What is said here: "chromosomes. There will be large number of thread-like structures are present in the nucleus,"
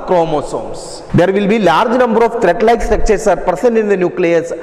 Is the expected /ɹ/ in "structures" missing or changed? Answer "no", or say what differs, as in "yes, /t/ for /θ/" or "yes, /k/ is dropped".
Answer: yes, /ɹ/ is dropped